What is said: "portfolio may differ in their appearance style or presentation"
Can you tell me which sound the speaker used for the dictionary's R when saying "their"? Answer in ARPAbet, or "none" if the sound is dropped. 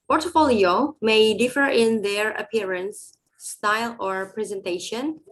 R